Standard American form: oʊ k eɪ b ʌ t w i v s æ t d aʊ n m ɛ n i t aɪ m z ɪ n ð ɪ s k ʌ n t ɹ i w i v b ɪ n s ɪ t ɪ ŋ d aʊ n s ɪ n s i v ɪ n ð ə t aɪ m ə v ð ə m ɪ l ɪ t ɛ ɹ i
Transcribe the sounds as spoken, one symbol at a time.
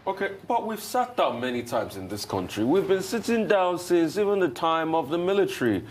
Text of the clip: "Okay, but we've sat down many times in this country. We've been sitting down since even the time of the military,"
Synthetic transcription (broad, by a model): oʊ k eɪ b ʌ t w i v s æ t d aʊ n m ɛ n i t aɪ m z ɪ n ð ɪ s k ʌ n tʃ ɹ i w i v b ɪ n s ɪ t ɪ ŋ d aʊ n s ɪ n s i v ɪ n ð ə t aɪ m ə v ð ə m ɪ l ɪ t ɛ ɹ i